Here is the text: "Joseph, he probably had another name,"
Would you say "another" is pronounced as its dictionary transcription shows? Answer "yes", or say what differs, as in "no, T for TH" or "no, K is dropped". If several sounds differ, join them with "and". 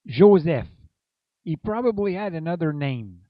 yes